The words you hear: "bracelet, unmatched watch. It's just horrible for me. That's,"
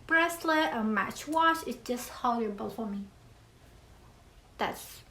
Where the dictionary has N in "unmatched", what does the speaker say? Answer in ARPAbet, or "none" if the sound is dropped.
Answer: none